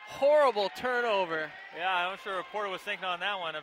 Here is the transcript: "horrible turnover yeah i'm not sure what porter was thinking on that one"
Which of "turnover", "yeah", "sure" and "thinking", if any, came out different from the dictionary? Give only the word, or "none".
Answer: none